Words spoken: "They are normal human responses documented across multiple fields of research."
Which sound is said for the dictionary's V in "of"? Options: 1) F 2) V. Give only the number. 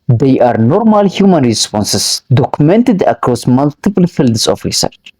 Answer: 1